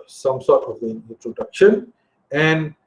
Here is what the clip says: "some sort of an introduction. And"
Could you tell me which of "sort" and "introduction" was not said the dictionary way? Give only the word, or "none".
none